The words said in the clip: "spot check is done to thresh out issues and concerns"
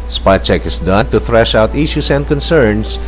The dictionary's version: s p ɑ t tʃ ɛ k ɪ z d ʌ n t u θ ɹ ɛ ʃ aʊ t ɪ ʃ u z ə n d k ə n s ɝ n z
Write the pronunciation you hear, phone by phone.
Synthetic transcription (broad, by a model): s p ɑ tʃ ɛ k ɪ s d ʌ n t u θ ɹ ɛ ʃ aʊ t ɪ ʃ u s ə n d k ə n s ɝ n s